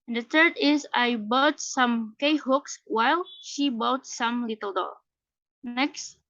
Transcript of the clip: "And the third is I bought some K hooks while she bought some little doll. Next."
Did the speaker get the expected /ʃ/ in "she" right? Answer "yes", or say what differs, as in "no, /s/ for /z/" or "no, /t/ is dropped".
yes